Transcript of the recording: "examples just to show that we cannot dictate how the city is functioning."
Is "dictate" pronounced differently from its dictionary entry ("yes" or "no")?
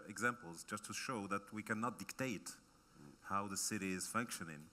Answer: no